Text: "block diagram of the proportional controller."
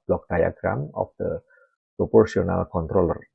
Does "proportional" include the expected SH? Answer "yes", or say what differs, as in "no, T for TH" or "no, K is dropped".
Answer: no, S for SH